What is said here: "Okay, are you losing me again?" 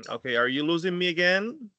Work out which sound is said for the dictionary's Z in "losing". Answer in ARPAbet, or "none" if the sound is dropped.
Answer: Z